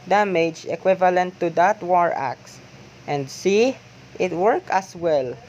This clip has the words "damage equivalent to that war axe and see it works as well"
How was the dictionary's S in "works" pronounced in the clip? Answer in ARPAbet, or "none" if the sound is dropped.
none